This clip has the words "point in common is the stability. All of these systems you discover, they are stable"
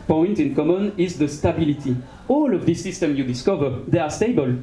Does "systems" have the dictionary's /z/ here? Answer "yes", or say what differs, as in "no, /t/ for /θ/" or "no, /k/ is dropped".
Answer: no, /z/ is dropped